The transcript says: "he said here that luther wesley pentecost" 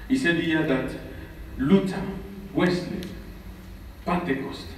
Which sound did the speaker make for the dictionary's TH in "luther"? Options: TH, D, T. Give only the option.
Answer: T